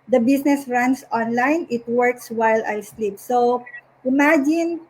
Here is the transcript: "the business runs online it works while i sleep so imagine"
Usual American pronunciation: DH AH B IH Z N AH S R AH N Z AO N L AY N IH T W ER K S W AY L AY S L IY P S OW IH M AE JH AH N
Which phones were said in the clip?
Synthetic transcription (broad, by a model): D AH B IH S N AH S R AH N S AO N L AY N IH T W ER K S W AY L AY S L IY P S OW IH M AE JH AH N